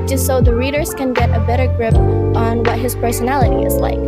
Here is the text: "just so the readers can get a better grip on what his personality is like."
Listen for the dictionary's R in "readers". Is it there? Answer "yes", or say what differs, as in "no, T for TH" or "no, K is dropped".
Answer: yes